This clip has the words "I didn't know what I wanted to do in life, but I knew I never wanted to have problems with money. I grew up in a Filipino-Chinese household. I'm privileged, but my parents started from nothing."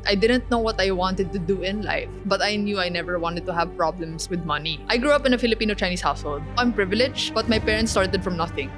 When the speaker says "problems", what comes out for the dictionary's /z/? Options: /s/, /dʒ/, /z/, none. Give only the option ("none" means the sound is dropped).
/s/